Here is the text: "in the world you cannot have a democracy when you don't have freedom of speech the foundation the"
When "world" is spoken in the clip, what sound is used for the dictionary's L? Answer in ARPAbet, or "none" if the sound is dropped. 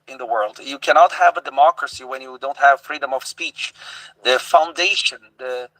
L